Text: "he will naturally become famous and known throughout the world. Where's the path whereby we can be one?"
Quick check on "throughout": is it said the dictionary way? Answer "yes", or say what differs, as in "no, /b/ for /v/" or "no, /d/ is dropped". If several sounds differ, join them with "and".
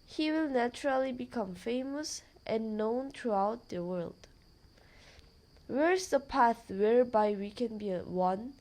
no, /t/ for /θ/